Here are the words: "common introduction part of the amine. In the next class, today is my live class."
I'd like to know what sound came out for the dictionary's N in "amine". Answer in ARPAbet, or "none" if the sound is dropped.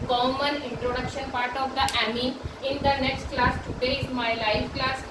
none